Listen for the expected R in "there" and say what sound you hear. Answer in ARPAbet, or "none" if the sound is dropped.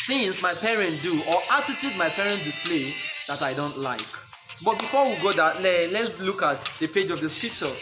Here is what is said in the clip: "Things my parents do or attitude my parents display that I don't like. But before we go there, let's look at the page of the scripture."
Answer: L